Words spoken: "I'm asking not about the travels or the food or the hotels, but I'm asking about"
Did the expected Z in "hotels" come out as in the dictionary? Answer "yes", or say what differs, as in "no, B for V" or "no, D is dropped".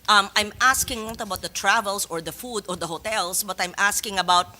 no, S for Z